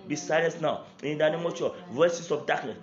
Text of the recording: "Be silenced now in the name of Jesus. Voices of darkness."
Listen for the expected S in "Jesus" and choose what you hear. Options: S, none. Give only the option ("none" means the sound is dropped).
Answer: none